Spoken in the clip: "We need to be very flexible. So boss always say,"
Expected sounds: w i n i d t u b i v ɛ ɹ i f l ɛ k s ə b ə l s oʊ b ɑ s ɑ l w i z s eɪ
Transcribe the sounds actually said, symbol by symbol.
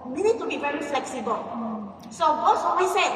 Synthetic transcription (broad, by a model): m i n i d t u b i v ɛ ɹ i f l ɛ k s ə b ə l s oʊ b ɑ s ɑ w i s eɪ